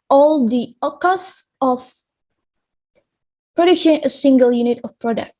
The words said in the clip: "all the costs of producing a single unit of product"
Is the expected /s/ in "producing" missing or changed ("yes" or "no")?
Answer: yes